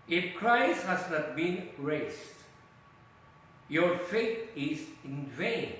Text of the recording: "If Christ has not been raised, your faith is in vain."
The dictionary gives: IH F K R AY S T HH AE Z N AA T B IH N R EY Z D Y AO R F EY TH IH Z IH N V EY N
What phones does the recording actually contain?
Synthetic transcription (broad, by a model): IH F K R AY S T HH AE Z N AA T B IH N R EY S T Y AO R F EY T IH Z IH N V EY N